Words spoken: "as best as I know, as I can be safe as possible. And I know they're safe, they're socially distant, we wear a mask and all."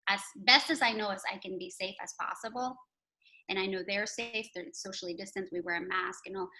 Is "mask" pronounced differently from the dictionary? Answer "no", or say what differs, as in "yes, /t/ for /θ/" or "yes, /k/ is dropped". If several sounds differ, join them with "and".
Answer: no